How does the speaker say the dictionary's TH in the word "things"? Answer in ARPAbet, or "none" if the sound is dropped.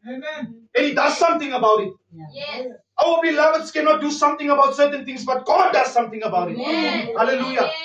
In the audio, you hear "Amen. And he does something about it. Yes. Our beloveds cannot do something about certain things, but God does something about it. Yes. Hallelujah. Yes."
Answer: T